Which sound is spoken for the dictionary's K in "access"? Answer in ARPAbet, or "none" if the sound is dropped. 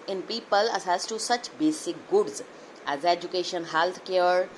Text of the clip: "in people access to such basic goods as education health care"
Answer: none